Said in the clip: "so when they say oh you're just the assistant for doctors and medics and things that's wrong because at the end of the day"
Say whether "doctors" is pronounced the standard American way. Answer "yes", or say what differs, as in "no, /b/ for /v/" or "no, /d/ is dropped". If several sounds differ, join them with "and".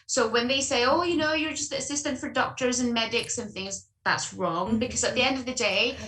yes